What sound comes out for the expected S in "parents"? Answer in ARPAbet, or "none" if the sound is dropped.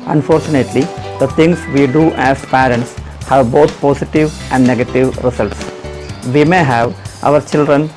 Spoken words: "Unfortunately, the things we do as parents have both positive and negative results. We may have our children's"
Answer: S